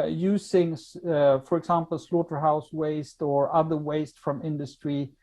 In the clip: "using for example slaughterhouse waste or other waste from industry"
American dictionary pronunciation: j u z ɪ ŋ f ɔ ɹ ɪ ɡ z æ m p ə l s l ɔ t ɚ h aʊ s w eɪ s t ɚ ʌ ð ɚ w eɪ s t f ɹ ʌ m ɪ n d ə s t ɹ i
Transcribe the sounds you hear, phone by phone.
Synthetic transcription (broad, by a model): j u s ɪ ŋ f ɔ ɹ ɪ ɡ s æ m p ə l s l ɔ t ɚ h aʊ s w eɪ s t ɚ ʌ ð ɚ w eɪ s t f ɹ ʌ m ɪ n d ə s t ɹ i